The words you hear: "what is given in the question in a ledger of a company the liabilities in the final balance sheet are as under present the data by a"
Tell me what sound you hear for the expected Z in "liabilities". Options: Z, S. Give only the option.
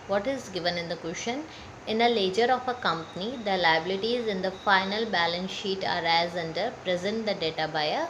Z